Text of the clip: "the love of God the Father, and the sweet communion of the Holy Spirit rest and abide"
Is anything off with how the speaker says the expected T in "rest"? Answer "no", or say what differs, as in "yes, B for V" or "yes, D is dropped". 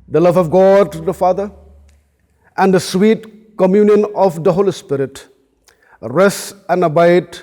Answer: yes, T is dropped